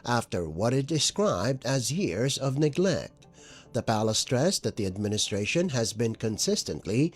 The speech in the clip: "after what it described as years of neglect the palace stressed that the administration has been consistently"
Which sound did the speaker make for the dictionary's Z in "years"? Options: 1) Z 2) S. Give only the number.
1